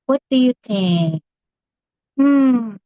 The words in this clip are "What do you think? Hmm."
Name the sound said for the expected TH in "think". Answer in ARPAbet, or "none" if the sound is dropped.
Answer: T